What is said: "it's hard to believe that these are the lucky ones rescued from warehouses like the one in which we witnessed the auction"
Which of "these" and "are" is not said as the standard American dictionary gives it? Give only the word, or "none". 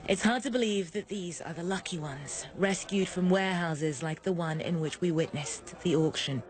none